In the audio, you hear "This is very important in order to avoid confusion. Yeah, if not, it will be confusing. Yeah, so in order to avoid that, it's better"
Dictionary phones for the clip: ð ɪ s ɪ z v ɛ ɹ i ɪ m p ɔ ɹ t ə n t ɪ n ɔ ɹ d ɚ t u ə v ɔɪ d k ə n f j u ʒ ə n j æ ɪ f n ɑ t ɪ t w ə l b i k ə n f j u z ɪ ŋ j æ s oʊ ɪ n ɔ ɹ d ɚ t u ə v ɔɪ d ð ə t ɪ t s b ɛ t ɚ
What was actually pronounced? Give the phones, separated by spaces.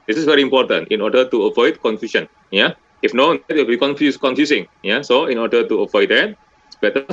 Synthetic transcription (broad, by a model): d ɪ s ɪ s v ɛ ɹ i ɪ m p ɔ t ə n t ɪ n ɔ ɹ d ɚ t u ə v ɔɪ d k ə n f j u ʃ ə n j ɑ ɪ f n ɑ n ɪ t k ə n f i k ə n f j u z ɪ ŋ j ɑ s oʊ ɪ n ɔ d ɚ t u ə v ɔɪ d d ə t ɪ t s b ɛ t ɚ